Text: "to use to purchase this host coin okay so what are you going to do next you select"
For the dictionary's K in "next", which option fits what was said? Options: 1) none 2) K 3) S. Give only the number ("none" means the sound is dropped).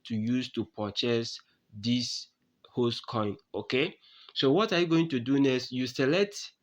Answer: 1